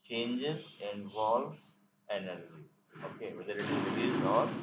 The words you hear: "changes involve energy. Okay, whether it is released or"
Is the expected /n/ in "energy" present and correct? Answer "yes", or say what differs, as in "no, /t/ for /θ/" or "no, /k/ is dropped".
yes